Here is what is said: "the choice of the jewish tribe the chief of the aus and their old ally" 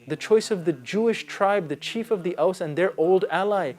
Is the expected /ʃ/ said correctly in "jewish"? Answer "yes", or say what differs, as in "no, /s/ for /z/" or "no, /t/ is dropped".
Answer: yes